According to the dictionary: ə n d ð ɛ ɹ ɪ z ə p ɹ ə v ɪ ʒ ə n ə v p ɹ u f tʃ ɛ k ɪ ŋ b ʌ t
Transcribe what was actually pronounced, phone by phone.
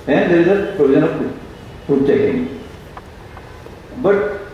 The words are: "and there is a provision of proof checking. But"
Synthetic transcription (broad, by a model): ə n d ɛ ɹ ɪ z ə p ɹ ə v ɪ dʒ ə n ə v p u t tʃ ɛ k ɪ ŋ b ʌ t